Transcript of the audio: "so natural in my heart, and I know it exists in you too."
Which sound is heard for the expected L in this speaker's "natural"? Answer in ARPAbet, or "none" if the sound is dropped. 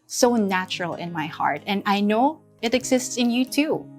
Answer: L